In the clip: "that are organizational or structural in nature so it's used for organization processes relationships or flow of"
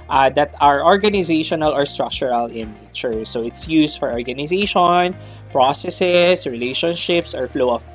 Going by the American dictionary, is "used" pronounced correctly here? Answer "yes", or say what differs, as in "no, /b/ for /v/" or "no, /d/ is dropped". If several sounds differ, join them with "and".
no, /s/ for /z/